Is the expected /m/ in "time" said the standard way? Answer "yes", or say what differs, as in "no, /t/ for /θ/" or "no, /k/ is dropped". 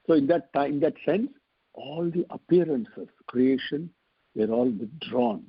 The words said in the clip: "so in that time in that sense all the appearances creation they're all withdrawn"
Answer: no, /m/ is dropped